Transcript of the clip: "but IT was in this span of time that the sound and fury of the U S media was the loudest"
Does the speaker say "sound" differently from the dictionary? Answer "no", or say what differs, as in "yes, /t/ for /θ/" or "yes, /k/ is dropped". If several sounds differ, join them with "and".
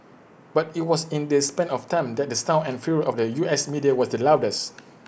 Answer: yes, /d/ is dropped